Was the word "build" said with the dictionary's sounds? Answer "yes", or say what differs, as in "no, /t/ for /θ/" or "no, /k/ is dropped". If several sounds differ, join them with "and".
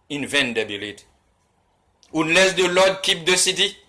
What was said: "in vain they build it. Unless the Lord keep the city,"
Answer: no, /d/ is dropped